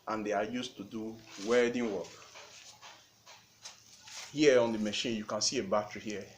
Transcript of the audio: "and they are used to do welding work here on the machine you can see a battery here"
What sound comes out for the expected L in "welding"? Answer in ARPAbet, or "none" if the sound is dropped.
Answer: none